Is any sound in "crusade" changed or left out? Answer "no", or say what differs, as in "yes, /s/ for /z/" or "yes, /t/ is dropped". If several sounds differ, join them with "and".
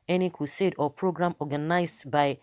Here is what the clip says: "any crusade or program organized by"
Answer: yes, /ɹ/ is dropped